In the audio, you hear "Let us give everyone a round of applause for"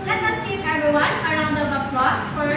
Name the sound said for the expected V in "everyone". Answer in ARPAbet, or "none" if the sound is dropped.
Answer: none